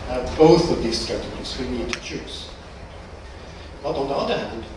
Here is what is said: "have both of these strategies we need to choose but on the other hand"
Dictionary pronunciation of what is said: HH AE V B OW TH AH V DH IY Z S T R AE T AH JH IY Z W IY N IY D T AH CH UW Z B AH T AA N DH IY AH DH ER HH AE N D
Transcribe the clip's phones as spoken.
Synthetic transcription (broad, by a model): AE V B OW TH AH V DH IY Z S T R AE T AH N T S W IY N IY D T AH CH UW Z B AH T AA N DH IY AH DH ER HH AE N D